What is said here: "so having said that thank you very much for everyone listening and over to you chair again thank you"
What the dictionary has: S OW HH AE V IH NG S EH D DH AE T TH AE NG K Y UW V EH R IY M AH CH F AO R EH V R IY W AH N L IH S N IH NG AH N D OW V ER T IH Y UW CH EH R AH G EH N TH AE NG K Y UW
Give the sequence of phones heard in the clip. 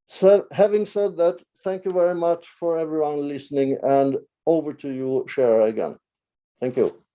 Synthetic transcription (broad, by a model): S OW HH AE V IH NG S EH D DH AE T TH AE NG K Y UW V EH R IY M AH CH F AO R EH V R IY W AH N L IH S N IH NG AH N D OW V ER T IH Y UW SH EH R AH G EH N TH AE NG K Y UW